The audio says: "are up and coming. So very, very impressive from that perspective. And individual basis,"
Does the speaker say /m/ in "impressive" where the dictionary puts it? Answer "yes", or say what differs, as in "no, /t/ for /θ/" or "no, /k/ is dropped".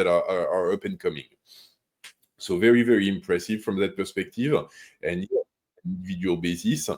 yes